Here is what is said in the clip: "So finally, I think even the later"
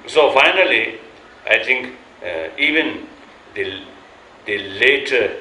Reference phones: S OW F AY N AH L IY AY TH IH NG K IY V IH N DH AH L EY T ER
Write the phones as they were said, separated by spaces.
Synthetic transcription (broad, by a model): S OW F AY N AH L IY AY T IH NG K IY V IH N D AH L EY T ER